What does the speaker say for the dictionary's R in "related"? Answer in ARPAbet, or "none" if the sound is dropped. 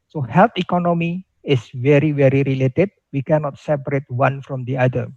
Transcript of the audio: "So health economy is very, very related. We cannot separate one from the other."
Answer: R